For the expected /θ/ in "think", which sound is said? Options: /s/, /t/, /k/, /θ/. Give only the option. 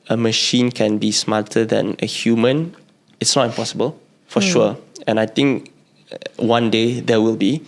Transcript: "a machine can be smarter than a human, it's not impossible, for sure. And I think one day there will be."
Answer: /t/